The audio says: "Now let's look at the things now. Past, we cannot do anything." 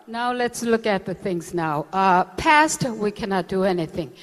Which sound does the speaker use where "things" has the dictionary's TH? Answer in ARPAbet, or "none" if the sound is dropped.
TH